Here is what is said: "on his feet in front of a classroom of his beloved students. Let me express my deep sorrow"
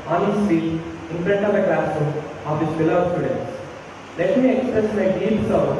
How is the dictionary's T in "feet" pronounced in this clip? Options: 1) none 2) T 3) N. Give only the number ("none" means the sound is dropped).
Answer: 1